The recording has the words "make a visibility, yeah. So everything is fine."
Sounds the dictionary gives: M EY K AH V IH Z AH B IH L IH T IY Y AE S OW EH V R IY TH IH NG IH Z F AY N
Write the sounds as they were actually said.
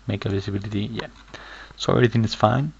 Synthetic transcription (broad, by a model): M EY K AH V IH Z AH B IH L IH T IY Y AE S OW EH R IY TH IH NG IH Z F AY N